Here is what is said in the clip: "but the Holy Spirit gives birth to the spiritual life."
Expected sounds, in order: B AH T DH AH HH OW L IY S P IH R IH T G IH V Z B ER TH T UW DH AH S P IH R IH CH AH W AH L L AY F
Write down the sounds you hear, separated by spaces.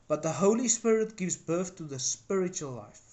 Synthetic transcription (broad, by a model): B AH T DH AH HH OW L IY S P IH R IH T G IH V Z B ER TH T UW DH AH S P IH R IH CH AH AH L L AY F